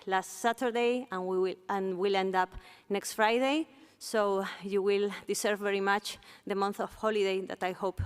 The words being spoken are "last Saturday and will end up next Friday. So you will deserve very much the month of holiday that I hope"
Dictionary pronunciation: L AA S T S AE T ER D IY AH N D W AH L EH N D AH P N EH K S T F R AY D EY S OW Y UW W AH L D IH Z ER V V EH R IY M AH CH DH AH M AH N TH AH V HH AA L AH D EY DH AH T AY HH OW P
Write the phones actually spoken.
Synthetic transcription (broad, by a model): L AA S T S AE T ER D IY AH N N W AH L EH N D AH P N EH K S T F R AY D EY S OW Y UW W AH L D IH S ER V V EH R IY M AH CH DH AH M AH N TH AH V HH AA L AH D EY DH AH T AY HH OW P